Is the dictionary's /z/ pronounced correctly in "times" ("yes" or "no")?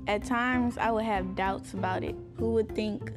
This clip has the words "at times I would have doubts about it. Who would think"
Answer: yes